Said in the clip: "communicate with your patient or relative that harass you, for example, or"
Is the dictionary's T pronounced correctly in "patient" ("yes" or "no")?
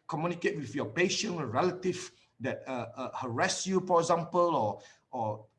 no